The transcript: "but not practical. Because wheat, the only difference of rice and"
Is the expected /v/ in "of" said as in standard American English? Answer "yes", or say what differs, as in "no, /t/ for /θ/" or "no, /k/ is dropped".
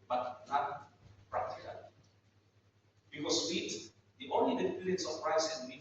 no, /p/ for /v/